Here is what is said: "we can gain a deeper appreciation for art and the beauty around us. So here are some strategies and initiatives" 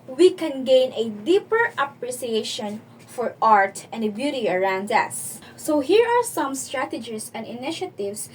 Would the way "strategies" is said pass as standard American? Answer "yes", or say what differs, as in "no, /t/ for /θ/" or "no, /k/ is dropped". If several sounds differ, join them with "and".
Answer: no, /s/ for /z/